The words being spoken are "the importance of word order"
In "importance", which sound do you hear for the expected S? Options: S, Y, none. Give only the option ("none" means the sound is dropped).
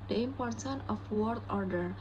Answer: none